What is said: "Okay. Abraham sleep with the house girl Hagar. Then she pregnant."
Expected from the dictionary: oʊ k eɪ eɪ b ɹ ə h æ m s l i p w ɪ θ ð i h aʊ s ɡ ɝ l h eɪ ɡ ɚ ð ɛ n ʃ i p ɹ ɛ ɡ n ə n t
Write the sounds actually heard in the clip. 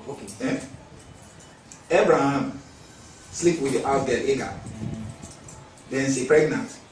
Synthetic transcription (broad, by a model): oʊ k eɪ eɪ b ɹ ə h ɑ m s l i p w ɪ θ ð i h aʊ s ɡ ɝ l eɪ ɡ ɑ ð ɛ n s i p ɹ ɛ ɡ n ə n t